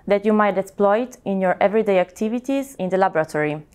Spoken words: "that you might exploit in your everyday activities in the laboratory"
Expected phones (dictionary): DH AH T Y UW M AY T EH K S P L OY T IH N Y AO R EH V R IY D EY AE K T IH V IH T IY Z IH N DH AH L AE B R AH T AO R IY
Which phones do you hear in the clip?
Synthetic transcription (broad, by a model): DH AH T Y UW M AY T EH K S P L OY T IH N Y AO R EH V R IY D EY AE K T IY V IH T IY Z IH N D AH L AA B R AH T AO R IY